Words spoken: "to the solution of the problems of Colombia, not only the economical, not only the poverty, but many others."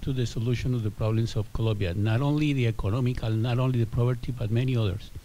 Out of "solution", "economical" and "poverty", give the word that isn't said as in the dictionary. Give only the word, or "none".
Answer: poverty